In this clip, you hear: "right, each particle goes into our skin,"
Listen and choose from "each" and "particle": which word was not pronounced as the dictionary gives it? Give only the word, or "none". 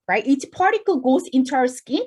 each